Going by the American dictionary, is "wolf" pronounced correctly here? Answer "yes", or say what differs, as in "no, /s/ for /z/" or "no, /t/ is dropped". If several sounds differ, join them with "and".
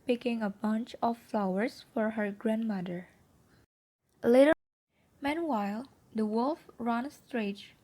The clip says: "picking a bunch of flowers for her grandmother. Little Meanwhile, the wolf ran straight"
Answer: yes